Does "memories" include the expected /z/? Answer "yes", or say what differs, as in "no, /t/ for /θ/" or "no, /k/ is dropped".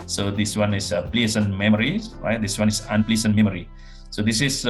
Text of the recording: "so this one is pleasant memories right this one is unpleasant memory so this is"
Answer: no, /z/ is dropped